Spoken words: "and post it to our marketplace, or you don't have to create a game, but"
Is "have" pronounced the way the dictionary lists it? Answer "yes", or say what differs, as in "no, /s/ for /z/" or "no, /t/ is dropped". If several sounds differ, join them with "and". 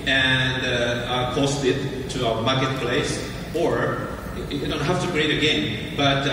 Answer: no, /f/ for /v/